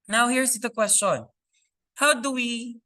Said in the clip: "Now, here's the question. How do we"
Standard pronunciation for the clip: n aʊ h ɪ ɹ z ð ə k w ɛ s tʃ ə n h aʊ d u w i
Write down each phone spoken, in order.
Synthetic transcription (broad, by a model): n aʊ h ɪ ɹ s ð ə k w ɛ s tʃ ə n h aʊ d u w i